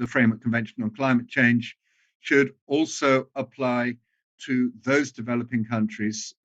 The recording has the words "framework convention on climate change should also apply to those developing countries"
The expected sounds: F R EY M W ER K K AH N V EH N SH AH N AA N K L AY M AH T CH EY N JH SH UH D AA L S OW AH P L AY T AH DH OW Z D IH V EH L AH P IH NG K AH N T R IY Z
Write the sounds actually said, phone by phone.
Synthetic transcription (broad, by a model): F R EY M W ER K K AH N V EH N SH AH N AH N K L AY M AH T CH EY N ZH SH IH D AA L S OW AH P L AY T AH DH OW Z D IH V EH L AH P IH NG K AH N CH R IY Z